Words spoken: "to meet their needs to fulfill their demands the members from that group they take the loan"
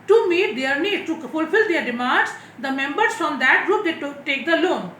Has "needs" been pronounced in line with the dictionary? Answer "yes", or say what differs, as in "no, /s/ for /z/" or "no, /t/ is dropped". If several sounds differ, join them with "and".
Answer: no, /z/ is dropped